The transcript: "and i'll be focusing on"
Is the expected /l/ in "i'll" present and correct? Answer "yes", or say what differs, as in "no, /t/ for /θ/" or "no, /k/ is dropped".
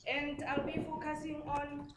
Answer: yes